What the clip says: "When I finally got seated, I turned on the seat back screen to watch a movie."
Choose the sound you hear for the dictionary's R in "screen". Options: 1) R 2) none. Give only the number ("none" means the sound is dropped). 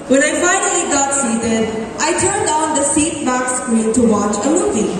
2